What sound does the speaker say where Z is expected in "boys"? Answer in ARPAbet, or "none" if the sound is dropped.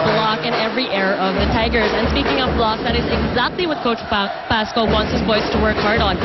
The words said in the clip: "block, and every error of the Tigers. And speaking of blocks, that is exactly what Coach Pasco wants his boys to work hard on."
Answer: S